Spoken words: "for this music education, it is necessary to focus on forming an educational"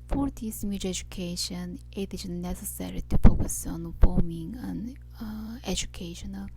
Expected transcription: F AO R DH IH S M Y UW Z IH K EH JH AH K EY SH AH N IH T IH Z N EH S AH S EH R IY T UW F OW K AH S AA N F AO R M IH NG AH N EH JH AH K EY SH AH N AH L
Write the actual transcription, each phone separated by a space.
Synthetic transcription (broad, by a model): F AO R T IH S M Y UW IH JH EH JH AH K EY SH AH N IH T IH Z N EH S AH S EH R IY T UW P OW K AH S AA N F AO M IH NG AH N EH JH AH K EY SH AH N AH L